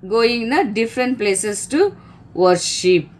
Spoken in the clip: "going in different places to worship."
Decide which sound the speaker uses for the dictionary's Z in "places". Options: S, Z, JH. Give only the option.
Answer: S